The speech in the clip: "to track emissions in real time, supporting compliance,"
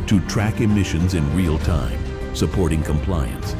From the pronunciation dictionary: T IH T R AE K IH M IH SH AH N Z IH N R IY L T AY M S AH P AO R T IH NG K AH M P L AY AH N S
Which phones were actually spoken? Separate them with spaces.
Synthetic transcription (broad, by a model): T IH T R AE K IH M IH SH AH N Z IH N R IY L T AY M S AH P AO R T IH NG K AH M P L AY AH N S